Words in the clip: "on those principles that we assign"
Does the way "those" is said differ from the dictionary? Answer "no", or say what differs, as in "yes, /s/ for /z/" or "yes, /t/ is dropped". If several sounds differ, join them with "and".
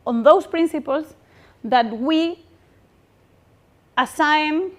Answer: yes, /s/ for /z/